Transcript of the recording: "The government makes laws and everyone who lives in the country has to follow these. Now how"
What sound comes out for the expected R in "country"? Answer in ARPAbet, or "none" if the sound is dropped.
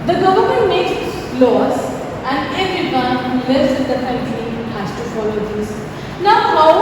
L